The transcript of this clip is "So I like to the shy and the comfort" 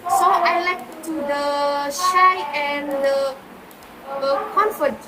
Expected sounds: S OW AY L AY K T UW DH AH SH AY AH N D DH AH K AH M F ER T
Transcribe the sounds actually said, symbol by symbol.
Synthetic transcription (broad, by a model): S OW AY L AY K T UW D AH SH AY AH N D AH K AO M F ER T